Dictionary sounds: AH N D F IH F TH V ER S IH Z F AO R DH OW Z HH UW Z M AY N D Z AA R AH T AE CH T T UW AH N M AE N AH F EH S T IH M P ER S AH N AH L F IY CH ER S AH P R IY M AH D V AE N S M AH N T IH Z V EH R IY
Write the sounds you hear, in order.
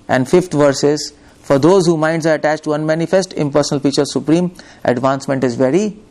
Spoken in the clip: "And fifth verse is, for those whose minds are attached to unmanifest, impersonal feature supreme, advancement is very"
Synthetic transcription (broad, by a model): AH N D F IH F T V ER S IH Z F AO R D OW Z HH UW M AY N D Z AA R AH T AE CH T T UW AH N M AE N AH F EH S T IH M P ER S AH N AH L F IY CH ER S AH P R IY M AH D V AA N S M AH N T IH Z V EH R IY